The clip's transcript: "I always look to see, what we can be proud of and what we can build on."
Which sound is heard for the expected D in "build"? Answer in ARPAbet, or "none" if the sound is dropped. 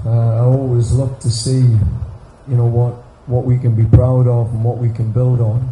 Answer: D